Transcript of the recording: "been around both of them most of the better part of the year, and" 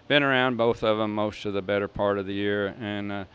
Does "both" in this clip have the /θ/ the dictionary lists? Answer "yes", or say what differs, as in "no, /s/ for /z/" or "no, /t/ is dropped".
yes